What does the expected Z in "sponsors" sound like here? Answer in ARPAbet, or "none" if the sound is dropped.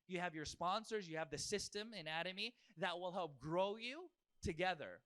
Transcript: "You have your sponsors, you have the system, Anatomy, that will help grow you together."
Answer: Z